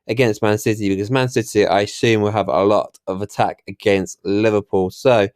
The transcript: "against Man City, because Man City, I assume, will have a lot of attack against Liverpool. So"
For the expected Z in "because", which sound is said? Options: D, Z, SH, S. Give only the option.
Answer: Z